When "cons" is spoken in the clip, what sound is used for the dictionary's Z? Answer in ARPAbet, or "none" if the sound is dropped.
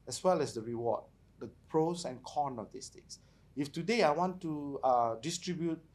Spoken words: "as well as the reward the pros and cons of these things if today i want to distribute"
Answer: none